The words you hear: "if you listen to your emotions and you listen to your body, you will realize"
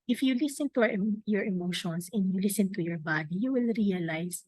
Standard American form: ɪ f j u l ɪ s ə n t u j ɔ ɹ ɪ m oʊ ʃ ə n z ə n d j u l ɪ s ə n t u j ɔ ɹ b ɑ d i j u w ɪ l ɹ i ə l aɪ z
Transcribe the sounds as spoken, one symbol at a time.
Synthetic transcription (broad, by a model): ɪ f j u l ɪ s ə n t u j ɔ ɹ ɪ m oʊ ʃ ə n s ə n d j u l ɪ s ə n t u j ɔ ɹ b ɑ d i j u w ɪ l ɹ i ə l aɪ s